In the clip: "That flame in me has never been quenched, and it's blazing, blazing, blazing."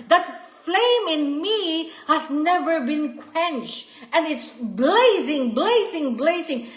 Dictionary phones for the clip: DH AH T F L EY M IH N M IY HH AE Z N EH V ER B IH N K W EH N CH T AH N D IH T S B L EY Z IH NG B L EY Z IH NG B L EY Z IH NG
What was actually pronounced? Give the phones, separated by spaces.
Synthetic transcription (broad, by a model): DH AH T F L EY M IH N M IY HH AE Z N EH V ER B IH N K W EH N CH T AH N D IH T S B L EY Z IH NG B L EY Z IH NG B L EY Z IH NG